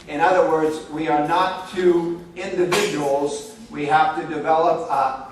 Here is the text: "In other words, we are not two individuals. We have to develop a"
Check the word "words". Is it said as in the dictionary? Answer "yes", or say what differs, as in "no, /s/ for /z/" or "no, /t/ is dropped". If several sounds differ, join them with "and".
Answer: yes